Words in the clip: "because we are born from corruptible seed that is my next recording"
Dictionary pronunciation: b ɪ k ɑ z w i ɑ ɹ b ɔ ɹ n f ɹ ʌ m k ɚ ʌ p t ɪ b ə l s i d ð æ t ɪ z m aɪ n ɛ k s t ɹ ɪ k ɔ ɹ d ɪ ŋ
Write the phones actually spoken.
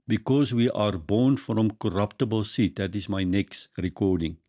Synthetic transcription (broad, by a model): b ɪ k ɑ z w i ɑ ɹ b ɔ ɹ n f ɹ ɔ m k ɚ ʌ p t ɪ b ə l s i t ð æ t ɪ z m aɪ n ɛ k s t ɹ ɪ k ɔ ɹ d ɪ ŋ